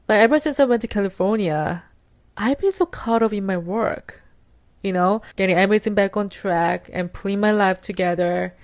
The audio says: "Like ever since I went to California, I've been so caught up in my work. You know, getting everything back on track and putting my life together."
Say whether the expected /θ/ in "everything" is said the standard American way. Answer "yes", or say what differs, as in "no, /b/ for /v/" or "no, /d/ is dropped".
no, /s/ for /θ/